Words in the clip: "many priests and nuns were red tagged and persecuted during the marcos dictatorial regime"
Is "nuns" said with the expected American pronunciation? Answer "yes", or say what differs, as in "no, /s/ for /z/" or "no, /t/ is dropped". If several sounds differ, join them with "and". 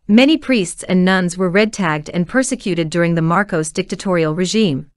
yes